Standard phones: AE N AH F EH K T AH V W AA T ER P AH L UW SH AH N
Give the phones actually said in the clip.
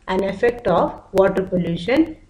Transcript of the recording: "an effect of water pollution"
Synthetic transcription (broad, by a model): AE N AH F EH K T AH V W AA T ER P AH L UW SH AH N